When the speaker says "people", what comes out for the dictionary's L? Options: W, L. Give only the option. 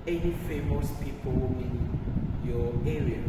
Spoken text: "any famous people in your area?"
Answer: W